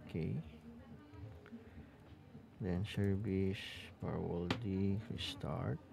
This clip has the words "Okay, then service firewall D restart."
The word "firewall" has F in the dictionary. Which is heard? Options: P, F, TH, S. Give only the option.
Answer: P